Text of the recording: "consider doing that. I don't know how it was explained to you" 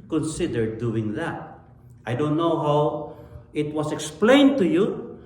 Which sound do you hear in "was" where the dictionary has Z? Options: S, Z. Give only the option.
S